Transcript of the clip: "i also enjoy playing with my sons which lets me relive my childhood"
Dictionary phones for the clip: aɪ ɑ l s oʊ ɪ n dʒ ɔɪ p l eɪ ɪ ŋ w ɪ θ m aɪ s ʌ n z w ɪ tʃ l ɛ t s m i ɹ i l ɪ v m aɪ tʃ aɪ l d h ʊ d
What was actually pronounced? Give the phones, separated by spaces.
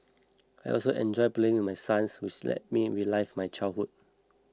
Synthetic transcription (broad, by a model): aɪ ɑ l s oʊ ɪ n dʒ ɔɪ p l eɪ ɪ ŋ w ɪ m aɪ s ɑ n s w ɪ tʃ l ɛ t m i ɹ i l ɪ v m aɪ tʃ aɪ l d h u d